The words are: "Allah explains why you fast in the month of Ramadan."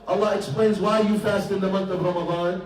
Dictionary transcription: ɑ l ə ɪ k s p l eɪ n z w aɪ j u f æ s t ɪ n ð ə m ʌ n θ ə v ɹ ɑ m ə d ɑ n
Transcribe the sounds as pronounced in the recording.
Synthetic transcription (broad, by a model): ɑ l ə ɪ k s p l eɪ n z w aɪ j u f æ s t ɪ n ð ə m ʌ n θ ə v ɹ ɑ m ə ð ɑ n